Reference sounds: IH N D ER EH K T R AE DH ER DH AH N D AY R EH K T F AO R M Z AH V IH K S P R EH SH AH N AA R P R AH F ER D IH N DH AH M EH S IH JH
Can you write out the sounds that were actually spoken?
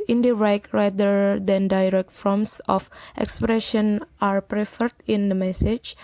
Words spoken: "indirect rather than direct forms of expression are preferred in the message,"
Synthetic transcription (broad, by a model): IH N D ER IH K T R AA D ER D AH N D AY R EH K T F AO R M S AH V IH K S P R EH SH AH N AA R P R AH F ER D IH N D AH M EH S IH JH